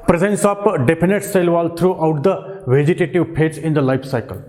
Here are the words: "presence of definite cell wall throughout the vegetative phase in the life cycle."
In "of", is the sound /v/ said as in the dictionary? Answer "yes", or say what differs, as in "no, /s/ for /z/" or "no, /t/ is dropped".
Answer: no, /p/ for /v/